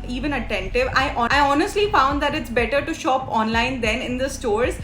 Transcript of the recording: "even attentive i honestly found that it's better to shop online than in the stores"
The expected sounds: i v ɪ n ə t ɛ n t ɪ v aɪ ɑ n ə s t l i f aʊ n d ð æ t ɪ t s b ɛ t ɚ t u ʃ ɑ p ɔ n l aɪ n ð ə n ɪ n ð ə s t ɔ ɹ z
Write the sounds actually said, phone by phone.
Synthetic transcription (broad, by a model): i v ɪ n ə t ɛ n t ɪ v aɪ ɑ n ə s t l i f aʊ n d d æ t ɪ t s b ɛ t ɚ t u ʃ ɑ p ɔ n l aɪ n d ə n ɪ n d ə s t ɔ ɹ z